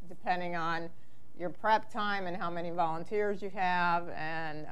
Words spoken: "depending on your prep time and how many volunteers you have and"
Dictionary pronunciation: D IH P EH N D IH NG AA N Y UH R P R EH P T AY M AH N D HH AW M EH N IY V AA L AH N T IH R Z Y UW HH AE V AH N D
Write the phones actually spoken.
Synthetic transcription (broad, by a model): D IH P EH N D IH NG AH N Y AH R P R EH P T AY M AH N HH AW M EH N IY V AA L AH N T IH R Z Y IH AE V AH N